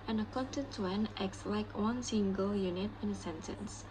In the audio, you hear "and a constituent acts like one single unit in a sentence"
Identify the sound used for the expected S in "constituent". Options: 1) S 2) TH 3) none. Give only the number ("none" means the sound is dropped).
3